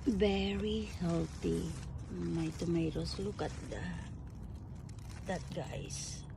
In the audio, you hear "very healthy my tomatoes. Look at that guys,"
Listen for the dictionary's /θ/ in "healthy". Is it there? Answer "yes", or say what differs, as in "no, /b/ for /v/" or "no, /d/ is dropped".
no, /t/ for /θ/